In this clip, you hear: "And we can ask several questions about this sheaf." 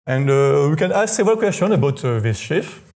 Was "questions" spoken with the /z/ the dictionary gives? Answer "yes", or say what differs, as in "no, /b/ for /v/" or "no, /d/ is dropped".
no, /z/ is dropped